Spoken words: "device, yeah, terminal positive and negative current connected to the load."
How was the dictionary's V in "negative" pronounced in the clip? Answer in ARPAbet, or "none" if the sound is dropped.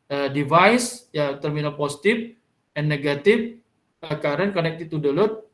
F